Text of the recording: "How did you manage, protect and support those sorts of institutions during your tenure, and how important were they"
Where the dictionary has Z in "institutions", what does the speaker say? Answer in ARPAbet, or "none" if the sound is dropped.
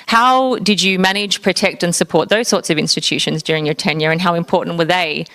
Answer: Z